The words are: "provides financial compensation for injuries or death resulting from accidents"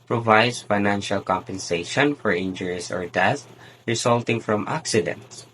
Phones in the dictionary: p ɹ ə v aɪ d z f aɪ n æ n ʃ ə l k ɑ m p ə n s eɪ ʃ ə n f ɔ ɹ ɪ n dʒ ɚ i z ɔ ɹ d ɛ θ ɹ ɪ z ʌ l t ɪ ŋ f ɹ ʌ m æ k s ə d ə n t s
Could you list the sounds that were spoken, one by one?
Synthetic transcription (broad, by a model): p ɹ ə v aɪ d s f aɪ n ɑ n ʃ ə l k ɑ m p ə n s eɪ ʃ ə n f ɔ ɹ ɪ n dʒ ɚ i s ɔ ɹ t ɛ s ɹ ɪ s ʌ l t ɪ ŋ f ɹ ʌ m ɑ k s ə d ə n t s